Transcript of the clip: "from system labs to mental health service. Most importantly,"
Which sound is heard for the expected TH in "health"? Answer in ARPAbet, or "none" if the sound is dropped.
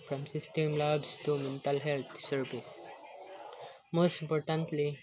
T